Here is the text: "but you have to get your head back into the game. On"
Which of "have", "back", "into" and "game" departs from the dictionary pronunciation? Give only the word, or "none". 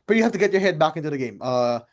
have